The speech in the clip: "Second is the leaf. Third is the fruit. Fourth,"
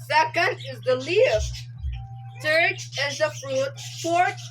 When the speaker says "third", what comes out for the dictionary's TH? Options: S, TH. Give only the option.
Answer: S